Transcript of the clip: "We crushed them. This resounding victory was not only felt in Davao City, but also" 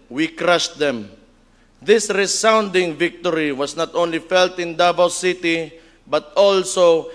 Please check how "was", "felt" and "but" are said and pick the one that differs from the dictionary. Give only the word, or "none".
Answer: was